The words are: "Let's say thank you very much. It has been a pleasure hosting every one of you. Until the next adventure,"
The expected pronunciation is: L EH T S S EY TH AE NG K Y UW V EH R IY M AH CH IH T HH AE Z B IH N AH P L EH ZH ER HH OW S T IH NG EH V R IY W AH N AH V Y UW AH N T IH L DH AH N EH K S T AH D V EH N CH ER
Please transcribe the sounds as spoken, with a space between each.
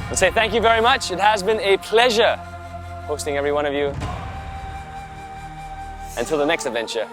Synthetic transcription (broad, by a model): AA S S EY TH AE NG K Y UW V EH R IY M AH CH IH T HH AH Z B IH N AH P L EH ZH ER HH OW S T IH NG EH V R IY W AH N AH V Y UW AH N T IH L DH AH N EH K S T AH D V EH N CH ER